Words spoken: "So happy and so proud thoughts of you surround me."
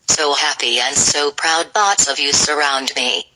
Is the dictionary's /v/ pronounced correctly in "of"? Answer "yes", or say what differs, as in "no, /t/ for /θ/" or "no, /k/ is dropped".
yes